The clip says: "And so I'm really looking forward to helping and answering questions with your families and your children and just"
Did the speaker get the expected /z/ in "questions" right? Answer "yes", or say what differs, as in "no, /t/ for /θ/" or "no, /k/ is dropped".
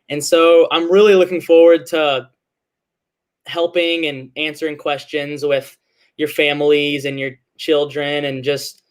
yes